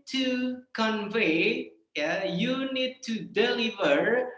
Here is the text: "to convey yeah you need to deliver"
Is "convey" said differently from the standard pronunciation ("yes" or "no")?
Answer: no